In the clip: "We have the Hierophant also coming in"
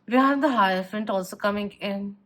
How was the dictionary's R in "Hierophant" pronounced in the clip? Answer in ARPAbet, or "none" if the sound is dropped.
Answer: none